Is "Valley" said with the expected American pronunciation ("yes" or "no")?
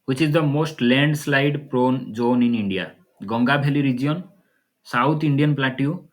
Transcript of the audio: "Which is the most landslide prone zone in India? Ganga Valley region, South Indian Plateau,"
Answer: no